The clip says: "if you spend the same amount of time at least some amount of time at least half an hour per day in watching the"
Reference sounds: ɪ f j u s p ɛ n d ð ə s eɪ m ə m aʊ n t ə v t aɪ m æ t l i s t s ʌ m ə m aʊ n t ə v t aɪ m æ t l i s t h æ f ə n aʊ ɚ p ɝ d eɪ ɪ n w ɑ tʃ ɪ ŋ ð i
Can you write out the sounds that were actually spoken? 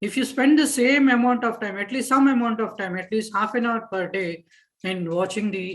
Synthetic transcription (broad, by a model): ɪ f j u s p ɛ n d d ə s eɪ m ə m aʊ n t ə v t aɪ m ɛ t l i s t s ʌ m ə m aʊ n t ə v t aɪ m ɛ t l i s t h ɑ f ə n aʊ ɚ p ɝ d eɪ ɪ n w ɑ tʃ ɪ ŋ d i